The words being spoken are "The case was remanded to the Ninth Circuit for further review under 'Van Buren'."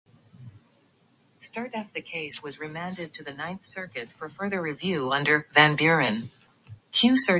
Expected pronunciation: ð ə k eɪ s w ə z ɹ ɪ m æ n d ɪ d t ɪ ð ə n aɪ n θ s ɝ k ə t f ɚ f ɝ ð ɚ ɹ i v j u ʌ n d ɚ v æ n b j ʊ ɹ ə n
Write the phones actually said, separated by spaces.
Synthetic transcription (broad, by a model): ð ə k eɪ s w ə z ɹ ɪ m æ n d ɪ d t ɪ ð ə n aɪ n θ s ɝ k ə t f ɚ f ɝ ð ɚ ɹ i v j u ʌ n d ɚ v æ n b j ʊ ɹ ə n